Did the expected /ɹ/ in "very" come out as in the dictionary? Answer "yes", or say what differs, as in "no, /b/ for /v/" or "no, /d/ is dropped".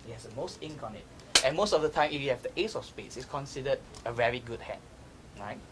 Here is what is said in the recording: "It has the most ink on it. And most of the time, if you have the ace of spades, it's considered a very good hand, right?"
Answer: yes